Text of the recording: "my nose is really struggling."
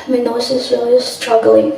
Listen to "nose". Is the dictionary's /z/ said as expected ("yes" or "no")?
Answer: no